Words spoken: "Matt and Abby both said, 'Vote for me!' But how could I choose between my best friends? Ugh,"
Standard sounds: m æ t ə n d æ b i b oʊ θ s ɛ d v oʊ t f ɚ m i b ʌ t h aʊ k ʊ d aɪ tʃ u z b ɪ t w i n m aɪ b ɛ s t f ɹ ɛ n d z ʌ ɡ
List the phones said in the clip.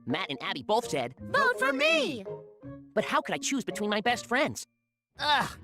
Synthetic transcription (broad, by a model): m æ t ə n æ b i b oʊ θ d ɛ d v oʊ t f ɚ m i b ʌ t h aʊ k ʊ d aɪ tʃ u z b ɪ t w i n m aɪ b ɛ s t f ɹ ɛ n d z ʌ